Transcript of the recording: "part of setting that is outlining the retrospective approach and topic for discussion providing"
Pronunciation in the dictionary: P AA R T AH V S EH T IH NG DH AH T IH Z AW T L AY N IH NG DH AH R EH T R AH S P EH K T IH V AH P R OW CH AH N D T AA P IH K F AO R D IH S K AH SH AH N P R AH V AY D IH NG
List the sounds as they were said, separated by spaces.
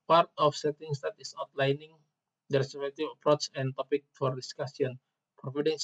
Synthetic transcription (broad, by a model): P AA R T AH F S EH T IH NG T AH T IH S AW T L AY N IH NG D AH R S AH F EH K T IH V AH P R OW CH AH N T AA P IH K F AO R D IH S K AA S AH N P R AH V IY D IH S